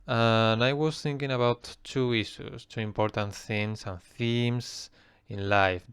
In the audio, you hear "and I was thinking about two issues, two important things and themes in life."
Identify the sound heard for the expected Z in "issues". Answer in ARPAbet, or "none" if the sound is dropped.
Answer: S